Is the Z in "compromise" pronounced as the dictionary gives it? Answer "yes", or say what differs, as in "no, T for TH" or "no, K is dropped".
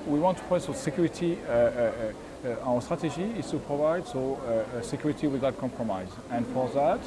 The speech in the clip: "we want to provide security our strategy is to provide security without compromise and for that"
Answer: yes